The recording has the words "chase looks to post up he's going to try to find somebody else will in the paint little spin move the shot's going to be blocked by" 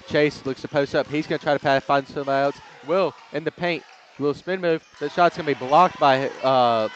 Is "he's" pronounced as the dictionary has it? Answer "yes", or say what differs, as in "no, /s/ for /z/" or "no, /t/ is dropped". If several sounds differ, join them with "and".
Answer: yes